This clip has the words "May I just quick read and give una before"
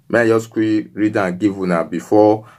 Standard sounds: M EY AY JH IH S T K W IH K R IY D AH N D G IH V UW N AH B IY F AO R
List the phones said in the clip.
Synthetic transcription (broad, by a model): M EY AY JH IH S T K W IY R IY D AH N G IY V UW N AH B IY F AO